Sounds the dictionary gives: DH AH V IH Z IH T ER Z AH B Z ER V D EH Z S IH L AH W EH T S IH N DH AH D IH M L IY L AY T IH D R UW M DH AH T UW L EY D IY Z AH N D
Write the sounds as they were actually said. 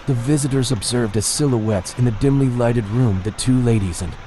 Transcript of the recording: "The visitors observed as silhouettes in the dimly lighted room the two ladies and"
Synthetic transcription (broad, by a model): DH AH V IH Z IH T ER Z AH B Z ER V D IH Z S IH L AH W EH T S IH N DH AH D IH M L IY L AY T IH D R UW M DH AH T UW L EY D IY Z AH N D